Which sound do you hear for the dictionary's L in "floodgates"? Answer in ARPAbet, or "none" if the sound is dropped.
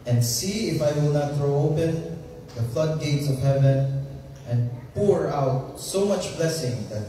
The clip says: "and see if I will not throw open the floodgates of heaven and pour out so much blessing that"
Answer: L